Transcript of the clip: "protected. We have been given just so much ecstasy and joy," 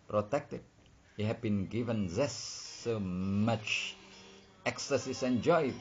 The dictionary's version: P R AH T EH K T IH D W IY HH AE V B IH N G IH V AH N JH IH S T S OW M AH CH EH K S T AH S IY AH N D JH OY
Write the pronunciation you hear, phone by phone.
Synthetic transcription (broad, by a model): P R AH T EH K T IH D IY HH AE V B IH N G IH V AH N Z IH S S OW M AH CH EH K S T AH S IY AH N JH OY